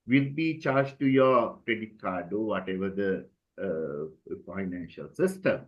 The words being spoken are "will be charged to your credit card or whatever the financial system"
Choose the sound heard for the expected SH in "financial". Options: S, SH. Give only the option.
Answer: SH